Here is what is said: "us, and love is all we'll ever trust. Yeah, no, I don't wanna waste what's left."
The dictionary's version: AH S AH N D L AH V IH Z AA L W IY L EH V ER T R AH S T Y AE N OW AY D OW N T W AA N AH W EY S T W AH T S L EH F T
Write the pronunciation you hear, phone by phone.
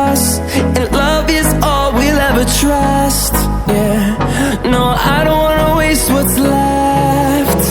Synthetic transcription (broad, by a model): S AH N L AH V IH Z AA L W IY L EH V ER T R AH S T Y AE N OW AY D OW N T W AA N AH W EY S T W AH T S L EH F T